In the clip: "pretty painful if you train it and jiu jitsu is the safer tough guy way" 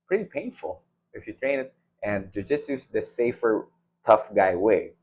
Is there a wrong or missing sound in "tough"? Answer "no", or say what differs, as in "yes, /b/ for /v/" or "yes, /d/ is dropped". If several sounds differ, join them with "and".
no